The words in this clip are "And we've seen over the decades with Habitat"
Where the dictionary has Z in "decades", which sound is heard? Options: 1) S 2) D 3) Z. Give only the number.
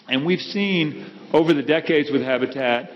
3